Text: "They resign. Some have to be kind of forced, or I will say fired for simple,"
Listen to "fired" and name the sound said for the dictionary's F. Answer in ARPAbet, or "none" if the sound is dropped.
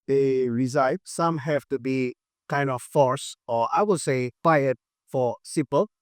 P